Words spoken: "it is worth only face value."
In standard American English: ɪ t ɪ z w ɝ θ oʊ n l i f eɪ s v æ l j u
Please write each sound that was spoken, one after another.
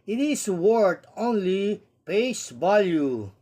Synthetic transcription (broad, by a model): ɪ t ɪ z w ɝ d oʊ n l i p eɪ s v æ l j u